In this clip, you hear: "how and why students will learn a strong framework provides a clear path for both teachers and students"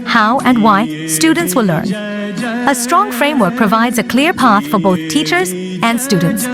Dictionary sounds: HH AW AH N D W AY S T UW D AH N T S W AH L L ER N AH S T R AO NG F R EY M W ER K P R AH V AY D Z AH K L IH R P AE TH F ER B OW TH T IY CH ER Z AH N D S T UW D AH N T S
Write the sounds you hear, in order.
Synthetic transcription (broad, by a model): HH AW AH N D W AY S T UW D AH N T S W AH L L ER N AH S T R AO NG F R EY M W ER K P R AH V AY D Z AH K L IH R P AE TH F ER B OW TH T IY CH ER Z AH N D S T UW D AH N T S